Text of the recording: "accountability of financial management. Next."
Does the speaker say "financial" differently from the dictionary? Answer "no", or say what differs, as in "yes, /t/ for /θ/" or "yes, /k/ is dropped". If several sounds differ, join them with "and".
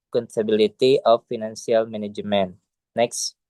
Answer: yes, /s/ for /ʃ/